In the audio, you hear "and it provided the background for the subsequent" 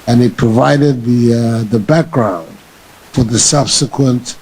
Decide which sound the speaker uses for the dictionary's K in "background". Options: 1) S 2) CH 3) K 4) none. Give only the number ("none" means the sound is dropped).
3